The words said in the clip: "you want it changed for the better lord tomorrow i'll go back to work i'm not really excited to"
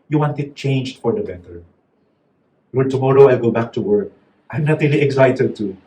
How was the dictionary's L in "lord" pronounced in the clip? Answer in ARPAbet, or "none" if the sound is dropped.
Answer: W